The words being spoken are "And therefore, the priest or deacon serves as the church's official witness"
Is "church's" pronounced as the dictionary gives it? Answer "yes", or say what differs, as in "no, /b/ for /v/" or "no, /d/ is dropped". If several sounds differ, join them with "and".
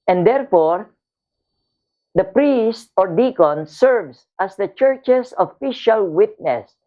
no, /s/ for /z/